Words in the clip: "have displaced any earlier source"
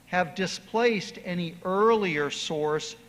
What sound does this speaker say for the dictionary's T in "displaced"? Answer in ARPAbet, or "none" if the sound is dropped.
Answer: T